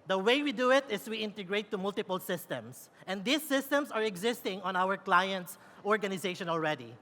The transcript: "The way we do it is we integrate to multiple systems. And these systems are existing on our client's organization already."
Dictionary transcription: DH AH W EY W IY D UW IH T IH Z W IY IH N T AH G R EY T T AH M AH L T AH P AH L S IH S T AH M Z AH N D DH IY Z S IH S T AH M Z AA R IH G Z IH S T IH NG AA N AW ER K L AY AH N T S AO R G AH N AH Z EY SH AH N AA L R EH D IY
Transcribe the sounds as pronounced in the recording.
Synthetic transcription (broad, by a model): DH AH W EY W IY D UW IH T IH S W IY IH N T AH G R EY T T AH M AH L T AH P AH L S IH S T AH M S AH N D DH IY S IH S T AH M S AA R IH G Z IH S T IH NG AA N AW ER K L AY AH N T S AO R G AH N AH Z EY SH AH N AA L R EH D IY